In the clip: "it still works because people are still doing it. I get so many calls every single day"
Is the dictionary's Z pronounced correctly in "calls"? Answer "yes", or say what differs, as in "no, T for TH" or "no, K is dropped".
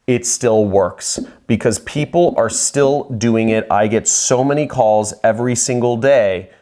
yes